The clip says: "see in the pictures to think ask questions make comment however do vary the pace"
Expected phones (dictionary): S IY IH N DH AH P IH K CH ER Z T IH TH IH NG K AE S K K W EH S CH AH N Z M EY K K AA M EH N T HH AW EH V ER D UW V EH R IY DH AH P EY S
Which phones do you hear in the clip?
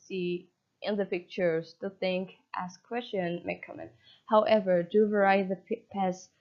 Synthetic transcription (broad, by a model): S IY IH N DH AH P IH K CH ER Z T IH TH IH NG K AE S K K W EH S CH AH N M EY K K AA M EH N T HH AW EH V ER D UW V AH R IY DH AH P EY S